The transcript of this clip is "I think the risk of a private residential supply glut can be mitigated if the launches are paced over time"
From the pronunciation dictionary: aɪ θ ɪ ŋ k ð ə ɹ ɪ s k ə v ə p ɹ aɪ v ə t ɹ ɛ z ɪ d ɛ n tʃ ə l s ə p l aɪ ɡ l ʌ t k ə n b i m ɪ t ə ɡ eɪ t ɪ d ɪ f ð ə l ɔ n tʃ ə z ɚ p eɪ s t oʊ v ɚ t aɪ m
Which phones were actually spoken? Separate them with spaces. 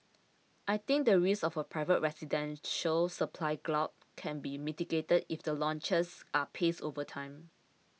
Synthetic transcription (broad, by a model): aɪ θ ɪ ŋ k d ə ɹ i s ə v ə p ɹ aɪ v ə t ɹ ɛ s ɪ d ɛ n ʃ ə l s ə p l aɪ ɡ l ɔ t k ə n b i m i t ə ɡ eɪ t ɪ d ɪ f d ə l ɔ n tʃ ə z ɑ p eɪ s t oʊ v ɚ t aɪ m